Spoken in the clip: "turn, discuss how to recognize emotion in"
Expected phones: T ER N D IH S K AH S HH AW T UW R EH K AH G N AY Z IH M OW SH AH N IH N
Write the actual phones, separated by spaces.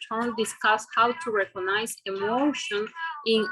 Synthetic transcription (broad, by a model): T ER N D IH S K AH S HH AW T UW R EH K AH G N AY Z IH M OW SH AH N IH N